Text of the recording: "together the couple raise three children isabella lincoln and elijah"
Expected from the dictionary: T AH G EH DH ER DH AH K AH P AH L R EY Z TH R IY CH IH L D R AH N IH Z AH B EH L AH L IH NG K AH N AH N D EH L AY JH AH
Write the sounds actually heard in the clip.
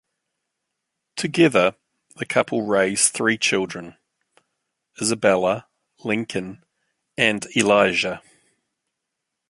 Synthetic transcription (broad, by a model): T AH G EH DH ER DH AH K AH P AH L R EY Z TH R IY CH IH L D R AH N IH Z AH B EH L AH L IH NG K AH N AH N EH L AY ZH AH